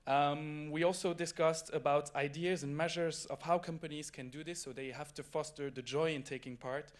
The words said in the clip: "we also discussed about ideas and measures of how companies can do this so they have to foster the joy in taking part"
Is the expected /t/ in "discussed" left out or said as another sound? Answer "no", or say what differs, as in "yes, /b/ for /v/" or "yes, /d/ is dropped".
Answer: no